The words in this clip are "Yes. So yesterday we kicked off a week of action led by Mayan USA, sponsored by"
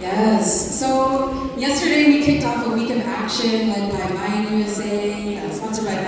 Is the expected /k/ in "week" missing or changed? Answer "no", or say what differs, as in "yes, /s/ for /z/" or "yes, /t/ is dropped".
no